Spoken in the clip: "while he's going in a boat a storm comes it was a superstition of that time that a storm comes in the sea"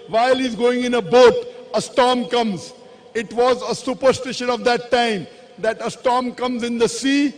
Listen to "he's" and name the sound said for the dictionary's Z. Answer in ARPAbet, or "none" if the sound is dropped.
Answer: Z